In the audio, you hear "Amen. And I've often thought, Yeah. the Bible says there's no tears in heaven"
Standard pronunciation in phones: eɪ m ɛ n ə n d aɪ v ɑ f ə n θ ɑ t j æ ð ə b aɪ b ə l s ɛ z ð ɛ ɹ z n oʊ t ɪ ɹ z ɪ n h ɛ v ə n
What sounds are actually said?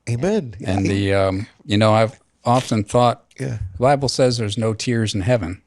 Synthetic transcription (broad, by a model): eɪ m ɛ n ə n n aɪ v ɑ f ə n θ ɑ t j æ ð ə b aɪ b l s ɛ z ð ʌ ɹ z n oʊ t ɪ ɹ z ɪ n h ɛ v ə n